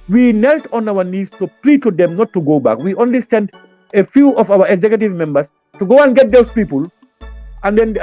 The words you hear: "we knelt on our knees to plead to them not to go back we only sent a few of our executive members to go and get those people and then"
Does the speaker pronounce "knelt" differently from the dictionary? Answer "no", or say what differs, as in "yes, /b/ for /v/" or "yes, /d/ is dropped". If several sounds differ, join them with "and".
no